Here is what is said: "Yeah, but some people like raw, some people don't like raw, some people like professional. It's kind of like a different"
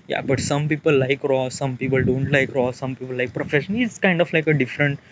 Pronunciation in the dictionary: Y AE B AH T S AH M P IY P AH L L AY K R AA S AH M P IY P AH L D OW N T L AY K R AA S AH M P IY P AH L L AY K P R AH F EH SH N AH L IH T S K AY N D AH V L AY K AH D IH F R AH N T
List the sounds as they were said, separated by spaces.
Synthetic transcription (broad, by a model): Y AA B AH T S AH M P IY P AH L L AY K R AA S AH M P IY P AH L D OW N T L AY K R AA S AH M P IY P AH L L AY K P R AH F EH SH AH N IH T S K AY N D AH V L AY K AH D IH F R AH N T